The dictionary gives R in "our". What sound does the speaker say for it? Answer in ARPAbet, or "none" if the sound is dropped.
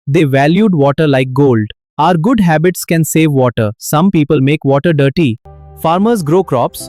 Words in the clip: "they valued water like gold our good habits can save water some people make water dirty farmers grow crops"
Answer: R